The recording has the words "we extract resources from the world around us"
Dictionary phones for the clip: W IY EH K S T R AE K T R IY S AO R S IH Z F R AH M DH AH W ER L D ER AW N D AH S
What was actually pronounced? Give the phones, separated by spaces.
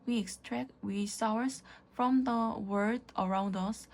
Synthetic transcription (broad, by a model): W IY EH K S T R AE K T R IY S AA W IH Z F R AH M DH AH W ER D ER AW N D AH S